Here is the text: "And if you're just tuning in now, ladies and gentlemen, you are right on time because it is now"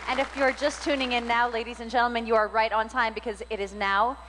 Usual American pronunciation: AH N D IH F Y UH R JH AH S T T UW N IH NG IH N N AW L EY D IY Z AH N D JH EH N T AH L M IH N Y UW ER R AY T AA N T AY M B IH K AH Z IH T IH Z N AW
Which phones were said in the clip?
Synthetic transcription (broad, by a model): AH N IH F Y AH R JH AH S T T UW N IH NG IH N N AW L EY D IY Z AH N JH EH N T L M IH N Y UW ER R AY T N T AY M B IH K AH Z IH T IH Z N AW